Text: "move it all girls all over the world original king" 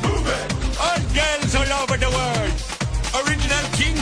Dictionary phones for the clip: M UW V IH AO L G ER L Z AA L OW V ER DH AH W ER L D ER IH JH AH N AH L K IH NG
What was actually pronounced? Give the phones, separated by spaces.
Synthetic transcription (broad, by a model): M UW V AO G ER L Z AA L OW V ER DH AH W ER D ER IH JH AH N AH L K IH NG